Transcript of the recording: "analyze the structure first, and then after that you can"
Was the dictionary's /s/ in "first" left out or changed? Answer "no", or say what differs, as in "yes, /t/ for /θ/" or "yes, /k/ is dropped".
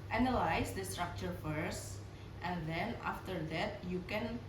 no